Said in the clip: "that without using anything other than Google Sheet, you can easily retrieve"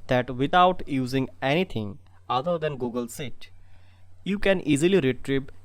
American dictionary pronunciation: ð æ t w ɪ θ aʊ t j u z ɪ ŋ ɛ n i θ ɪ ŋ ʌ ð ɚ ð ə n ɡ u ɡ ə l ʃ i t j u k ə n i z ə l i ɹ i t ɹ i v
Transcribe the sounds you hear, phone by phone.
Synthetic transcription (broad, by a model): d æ t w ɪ t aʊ t j u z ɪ ŋ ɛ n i t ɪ ŋ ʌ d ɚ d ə n ɡ u ɡ ə l s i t j u k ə n i z ə l i ɹ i t ɹ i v